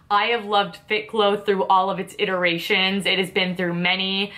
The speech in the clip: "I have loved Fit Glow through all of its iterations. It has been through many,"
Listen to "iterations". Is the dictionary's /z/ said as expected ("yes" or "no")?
yes